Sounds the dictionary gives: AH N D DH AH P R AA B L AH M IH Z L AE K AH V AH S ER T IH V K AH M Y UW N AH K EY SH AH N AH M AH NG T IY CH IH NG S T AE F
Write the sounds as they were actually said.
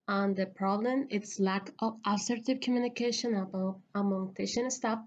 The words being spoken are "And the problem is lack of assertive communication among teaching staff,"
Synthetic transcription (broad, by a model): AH N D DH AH P R AA B L AH M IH S L AE K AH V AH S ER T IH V K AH M Y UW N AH K EY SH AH N AH M AH NG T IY SH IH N S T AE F